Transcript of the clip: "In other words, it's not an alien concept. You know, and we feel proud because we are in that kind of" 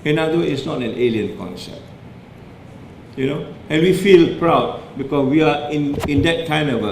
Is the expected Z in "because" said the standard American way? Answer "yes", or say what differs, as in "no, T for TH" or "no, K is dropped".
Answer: no, S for Z